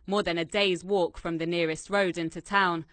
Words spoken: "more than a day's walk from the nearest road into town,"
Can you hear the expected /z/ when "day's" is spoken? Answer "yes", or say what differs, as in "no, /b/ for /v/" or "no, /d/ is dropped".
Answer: yes